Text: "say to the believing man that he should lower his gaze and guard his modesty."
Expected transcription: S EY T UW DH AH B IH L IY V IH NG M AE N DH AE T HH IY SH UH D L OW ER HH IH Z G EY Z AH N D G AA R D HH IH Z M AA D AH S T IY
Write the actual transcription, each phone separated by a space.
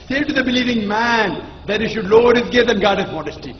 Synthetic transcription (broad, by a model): S EY T UW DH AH B IH L IY V IH NG M AE N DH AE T HH IY SH UH D L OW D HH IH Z G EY AH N G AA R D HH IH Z M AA D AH S T IY